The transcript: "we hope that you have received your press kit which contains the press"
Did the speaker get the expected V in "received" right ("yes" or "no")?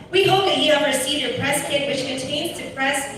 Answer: no